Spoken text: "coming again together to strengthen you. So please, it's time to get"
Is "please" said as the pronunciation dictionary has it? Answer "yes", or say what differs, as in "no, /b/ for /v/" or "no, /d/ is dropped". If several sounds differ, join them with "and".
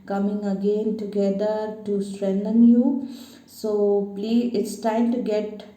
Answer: no, /z/ is dropped